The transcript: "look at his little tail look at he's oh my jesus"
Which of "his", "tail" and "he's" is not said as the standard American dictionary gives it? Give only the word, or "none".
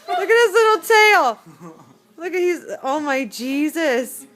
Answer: his